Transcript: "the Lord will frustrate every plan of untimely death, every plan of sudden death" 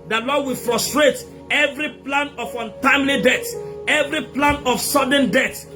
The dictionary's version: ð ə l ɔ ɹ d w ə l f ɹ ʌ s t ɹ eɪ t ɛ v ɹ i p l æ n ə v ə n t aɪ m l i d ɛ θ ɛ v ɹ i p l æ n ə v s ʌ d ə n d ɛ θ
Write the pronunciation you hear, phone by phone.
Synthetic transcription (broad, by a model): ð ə l ɔ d w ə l f ɹ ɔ s t ɹ eɪ t ɛ v ɹ i p l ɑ n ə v ə n t aɪ m l i d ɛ t ɛ v ɹ i p l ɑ n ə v s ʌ d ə n d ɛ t